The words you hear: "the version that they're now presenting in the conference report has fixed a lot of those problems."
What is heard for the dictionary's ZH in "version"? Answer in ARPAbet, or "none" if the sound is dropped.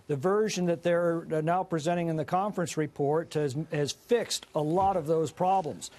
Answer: ZH